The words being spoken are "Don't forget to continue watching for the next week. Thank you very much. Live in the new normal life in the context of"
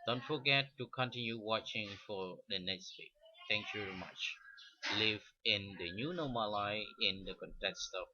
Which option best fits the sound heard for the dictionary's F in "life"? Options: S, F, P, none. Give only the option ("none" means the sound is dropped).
none